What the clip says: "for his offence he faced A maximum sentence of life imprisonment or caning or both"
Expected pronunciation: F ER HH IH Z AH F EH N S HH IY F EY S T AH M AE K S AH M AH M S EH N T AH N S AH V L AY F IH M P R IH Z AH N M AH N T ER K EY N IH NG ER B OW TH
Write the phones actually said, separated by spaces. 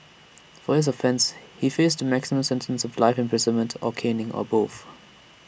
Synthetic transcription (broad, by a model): F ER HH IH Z AH F EH N S HH IY F EY S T AH M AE K S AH M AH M S EH N T AH N S AH V L AY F IH M P R IH Z AH N M AH N T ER K EY N IH NG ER B OW TH